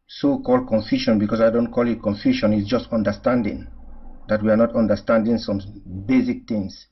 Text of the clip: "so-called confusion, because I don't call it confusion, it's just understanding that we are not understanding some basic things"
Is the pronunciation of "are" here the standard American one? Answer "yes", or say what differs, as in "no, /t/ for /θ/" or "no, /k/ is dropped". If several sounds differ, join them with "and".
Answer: yes